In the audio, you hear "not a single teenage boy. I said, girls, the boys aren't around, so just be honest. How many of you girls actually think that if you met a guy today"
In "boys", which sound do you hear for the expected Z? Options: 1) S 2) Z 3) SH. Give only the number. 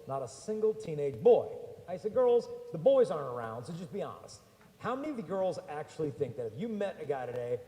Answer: 2